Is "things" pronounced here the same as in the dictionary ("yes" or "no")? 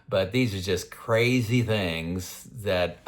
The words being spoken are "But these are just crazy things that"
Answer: yes